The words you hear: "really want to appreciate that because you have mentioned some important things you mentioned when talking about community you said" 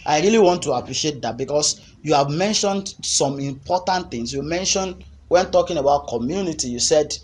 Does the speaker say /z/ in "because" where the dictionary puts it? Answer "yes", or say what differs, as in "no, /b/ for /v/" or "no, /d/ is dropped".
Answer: no, /s/ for /z/